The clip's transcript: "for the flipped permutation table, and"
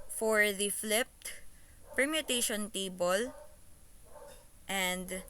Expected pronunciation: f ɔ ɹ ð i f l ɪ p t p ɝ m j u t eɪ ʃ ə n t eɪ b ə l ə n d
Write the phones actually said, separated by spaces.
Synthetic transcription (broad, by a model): f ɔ ɹ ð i f l ɪ p t p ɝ m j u t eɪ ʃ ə n t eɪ b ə l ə n d